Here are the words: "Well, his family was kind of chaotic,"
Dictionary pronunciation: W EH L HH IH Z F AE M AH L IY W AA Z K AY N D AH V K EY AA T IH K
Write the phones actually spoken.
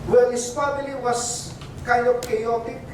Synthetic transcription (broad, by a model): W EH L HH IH S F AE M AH L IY W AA S K AY N D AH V K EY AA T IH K